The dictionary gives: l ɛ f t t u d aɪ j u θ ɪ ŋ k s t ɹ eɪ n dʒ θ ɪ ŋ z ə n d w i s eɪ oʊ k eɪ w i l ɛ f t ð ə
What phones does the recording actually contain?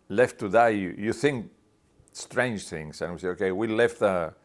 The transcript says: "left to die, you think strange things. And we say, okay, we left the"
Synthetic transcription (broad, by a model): l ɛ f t t u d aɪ j u θ ɪ ŋ k s t ɹ eɪ n dʒ θ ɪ ŋ s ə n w s eɪ oʊ k eɪ w i l ɛ f t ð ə